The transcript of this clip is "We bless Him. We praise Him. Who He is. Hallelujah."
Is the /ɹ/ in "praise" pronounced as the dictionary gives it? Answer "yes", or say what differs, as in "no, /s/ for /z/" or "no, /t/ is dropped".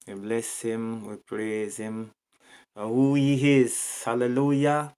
yes